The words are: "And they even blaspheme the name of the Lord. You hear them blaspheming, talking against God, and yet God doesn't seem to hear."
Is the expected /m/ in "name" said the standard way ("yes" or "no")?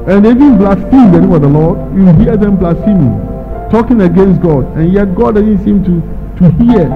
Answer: no